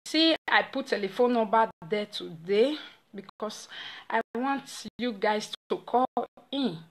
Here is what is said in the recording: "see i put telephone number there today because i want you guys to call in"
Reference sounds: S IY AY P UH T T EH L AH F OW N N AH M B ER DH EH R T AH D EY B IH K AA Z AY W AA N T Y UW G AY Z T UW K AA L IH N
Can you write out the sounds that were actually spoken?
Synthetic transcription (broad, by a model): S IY AY P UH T T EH L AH F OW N N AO B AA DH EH T AH D EY B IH K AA S AY W AA N T Y UW G AY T T UW K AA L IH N